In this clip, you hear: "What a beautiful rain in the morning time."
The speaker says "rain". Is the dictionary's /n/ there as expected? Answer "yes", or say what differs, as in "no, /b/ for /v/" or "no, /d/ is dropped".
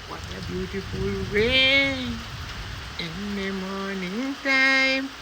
no, /n/ is dropped